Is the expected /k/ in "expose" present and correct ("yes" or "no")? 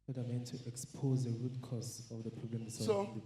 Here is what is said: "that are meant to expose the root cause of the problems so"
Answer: yes